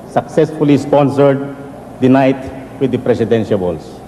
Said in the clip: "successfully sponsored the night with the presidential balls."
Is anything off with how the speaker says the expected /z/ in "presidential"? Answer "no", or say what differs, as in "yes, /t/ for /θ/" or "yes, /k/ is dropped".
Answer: yes, /s/ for /z/